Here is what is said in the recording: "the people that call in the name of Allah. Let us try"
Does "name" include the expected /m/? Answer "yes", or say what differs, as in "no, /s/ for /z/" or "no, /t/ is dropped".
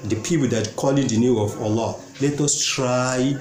no, /m/ is dropped